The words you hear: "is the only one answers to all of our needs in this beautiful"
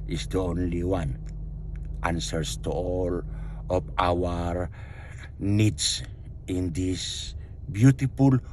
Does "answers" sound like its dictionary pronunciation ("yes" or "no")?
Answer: no